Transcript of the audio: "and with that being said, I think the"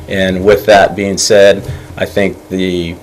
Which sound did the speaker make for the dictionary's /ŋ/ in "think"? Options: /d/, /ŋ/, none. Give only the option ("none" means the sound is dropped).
/ŋ/